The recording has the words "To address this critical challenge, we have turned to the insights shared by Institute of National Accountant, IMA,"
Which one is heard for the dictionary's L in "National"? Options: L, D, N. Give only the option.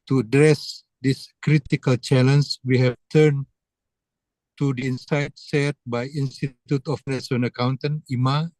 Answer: N